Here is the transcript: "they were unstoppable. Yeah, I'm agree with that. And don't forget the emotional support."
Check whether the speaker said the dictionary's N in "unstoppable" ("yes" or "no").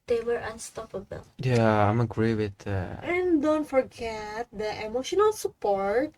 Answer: yes